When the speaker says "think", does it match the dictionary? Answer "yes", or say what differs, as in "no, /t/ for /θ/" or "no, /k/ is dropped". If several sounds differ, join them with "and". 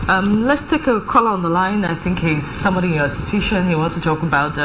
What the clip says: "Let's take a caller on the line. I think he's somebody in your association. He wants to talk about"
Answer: yes